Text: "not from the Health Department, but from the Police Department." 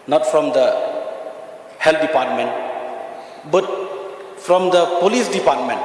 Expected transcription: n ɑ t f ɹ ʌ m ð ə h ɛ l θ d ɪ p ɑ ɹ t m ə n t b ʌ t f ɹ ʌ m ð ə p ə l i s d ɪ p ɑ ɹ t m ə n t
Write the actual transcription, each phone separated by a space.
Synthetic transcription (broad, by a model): n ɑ t f ɹ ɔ m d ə h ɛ l t d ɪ p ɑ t m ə n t b ʌ t f ɹ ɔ m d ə p ə l i s d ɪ p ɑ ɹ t m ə n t